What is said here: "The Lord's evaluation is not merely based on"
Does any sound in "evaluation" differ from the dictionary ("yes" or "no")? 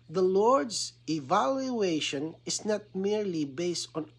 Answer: no